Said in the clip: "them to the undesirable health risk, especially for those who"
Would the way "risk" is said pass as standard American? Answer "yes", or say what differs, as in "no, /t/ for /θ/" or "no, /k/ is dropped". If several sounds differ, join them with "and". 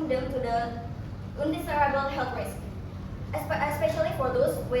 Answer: no, /k/ is dropped